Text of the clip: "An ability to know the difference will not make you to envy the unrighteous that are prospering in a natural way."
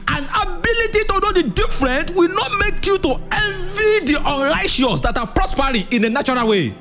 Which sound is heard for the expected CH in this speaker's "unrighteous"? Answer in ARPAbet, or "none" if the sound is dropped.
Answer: SH